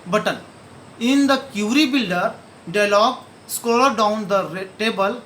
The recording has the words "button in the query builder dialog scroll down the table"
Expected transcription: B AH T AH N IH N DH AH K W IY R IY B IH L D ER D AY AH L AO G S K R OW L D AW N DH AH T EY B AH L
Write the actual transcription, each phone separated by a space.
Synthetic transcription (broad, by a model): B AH T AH N IH N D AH K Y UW R IY B IH L D ER D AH L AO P S K OW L D AW N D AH T EY B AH L